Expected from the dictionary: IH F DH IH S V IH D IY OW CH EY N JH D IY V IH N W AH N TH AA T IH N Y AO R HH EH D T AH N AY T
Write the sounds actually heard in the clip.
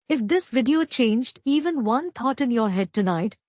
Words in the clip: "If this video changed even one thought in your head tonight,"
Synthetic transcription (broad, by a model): IH F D IH S V IH D IY OW CH EY N JH D IY V IH N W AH N T AA T IH N Y AO R HH EH D T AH N AY T